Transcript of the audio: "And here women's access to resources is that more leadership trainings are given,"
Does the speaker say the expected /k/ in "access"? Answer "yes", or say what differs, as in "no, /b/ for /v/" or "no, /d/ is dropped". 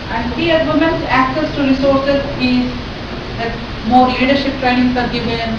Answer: yes